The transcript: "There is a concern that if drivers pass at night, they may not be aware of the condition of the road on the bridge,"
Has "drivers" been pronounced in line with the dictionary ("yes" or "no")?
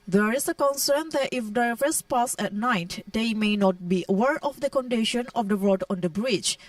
no